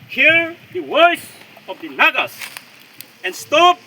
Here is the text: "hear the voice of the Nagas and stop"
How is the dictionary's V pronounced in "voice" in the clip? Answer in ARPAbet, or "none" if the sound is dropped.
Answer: W